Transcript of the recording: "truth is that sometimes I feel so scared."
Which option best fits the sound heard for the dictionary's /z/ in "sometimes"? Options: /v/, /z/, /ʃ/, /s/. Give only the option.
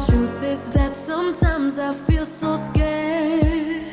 /z/